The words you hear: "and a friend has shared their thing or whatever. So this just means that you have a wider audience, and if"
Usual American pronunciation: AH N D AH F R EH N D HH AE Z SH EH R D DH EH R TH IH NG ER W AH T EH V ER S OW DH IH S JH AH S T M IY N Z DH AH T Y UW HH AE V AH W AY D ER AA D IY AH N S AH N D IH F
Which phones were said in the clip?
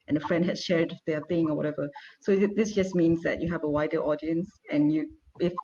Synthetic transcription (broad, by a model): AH N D AH F R EH N D HH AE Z SH EH R D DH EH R TH IH NG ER W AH T EH V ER S OW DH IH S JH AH S M IY N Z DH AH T Y UW HH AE V AH W AY D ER AA D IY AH N S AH N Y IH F